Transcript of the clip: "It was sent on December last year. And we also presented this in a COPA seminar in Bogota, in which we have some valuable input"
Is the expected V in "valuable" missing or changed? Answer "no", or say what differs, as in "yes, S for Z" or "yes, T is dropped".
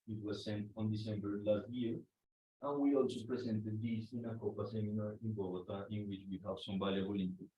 yes, B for V